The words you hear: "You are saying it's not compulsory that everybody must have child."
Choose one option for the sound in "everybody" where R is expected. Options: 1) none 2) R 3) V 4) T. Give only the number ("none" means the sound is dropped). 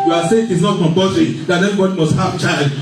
1